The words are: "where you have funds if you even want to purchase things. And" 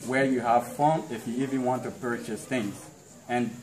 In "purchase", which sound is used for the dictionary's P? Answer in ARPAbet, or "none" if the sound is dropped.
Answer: P